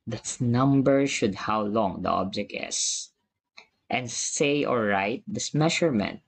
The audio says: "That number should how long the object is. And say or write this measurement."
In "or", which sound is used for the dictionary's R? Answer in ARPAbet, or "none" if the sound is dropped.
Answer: L